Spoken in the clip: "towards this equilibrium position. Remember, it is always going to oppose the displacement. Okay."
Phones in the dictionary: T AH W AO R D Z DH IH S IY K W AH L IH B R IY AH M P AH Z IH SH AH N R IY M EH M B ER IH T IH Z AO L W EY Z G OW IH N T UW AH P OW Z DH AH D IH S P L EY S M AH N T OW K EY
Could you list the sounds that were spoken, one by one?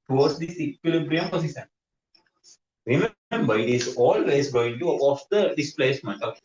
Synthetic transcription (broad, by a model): T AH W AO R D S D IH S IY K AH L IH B R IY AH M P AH S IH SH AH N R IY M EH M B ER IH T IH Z AO L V EY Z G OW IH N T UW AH OW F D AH D IH S P L EY S M AH N T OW